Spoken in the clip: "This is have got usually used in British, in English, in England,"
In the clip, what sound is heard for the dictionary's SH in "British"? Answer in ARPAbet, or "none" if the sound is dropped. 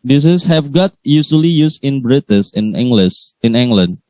S